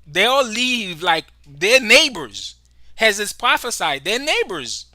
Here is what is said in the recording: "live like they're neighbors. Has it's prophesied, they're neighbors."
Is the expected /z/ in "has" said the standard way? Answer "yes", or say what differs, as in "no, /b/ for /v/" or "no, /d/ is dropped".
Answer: yes